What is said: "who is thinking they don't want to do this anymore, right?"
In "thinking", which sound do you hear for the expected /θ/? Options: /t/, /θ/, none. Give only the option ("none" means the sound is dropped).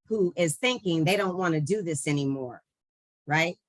/θ/